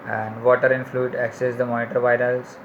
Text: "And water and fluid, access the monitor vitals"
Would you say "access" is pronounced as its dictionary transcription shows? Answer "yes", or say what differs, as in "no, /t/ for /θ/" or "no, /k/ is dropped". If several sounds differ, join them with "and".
yes